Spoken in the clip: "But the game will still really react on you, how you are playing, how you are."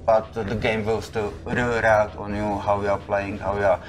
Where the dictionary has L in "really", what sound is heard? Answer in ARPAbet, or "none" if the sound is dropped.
none